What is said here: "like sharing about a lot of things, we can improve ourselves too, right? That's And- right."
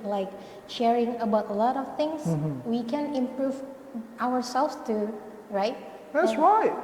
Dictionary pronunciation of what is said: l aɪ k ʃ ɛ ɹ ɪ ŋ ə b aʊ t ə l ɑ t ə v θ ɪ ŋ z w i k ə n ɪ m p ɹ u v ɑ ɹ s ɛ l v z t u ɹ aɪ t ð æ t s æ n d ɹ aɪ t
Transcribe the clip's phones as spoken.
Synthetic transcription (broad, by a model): l aɪ k ʃ ɛ ɹ ɪ ŋ ə b aʊ t ə l ɑ t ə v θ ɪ ŋ s w i k ə n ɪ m p ɹ u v ɑ w s ɛ l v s t u ɹ aɪ t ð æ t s ɹ aɪ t